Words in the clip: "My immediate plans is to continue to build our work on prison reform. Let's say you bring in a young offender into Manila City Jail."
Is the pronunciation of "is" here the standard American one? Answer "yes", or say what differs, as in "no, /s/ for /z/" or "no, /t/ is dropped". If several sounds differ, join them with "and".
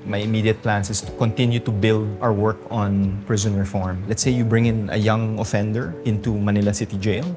no, /s/ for /z/